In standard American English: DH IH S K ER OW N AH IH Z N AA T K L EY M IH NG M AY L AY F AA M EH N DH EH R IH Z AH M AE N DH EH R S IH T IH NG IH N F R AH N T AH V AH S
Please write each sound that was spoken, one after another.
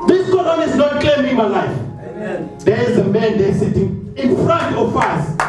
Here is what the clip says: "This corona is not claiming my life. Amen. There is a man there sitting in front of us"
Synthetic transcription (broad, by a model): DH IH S K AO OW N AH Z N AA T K EY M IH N M AY L AY F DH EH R IH Z AH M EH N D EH S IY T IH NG IH N F R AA N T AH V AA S